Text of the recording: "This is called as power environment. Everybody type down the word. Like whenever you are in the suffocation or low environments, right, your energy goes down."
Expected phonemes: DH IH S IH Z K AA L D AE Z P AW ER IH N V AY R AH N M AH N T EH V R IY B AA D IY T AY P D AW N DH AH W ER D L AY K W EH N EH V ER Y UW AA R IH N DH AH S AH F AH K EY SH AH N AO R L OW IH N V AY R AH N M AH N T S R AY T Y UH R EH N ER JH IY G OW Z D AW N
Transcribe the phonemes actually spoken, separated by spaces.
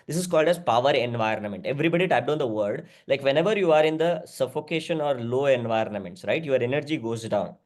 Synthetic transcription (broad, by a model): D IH S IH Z K AA L D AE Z P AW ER IH N V AY R AH N M AH N T EH V R IY B AA D IY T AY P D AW N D AH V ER D L AY K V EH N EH V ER Y UW AA R IH N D AH S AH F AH K EY SH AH N AO R L OW IH N V AY R AH N M AH N T S R AY T Y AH R EH N ER JH IY G OW Z D AW N